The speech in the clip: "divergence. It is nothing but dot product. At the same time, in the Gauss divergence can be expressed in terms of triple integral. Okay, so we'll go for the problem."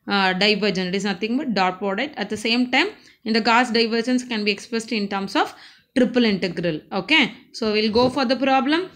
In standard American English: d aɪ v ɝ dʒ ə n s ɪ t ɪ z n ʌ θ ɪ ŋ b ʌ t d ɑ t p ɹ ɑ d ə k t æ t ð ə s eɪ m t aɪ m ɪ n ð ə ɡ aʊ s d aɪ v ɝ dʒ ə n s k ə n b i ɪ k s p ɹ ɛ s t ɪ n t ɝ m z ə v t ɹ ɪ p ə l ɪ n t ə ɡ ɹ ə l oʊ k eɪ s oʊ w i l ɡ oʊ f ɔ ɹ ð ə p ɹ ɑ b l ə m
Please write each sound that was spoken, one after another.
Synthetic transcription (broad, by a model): d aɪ v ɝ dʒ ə n ɪ t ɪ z n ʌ t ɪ ŋ b ʌ t d ɑ t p ɑ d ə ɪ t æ t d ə s eɪ m t aɪ m ɪ n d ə ɡ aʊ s d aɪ v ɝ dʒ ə n s k ə n b i ɪ k s p ɹ ɛ s t ɪ n t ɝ m s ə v t ɹ ɪ p ə l ɪ n t ə ɡ ɹ ə l oʊ k eɪ s oʊ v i l ɡ oʊ f ɔ ɹ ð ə p ɹ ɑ b l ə m